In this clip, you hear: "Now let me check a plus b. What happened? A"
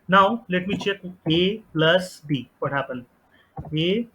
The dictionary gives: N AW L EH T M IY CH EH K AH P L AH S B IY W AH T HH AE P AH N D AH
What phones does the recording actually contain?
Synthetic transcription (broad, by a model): N AW L EH T M IY CH EH K AH P L AH S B IY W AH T HH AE P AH N AH